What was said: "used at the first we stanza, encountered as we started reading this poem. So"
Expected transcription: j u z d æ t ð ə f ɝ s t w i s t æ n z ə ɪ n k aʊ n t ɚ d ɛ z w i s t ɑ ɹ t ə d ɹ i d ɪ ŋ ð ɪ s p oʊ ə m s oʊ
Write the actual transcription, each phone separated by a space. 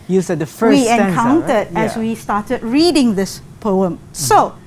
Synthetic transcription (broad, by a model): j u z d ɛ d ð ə f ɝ w i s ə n k aʊ n t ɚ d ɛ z w i s t ɑ t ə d ɹ i d ɪ ŋ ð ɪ s p oʊ ə m s oʊ